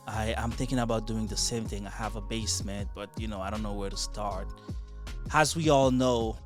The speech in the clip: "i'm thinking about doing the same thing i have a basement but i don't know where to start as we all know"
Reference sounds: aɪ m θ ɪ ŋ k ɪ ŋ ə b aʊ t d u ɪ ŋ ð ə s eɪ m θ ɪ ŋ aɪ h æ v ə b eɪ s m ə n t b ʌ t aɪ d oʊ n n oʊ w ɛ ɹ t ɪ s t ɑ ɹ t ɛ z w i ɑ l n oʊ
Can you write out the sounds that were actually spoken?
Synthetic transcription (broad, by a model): aɪ m θ ɪ ŋ k ɪ ŋ ə b aʊ t d u ɪ ŋ ð ə s eɪ m θ ɪ ŋ aɪ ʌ v ə b eɪ s m ə n t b ʌ t aɪ d oʊ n n oʊ w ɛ ɹ t ɪ s t ɑ ɹ t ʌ z w i ɑ l n oʊ